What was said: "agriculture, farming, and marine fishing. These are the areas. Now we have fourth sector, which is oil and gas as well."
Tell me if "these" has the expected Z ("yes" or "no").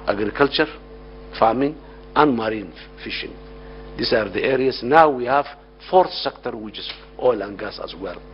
no